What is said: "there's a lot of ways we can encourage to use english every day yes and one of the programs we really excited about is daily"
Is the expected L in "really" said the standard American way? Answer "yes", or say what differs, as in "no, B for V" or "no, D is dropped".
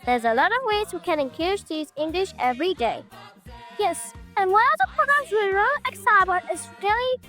no, L is dropped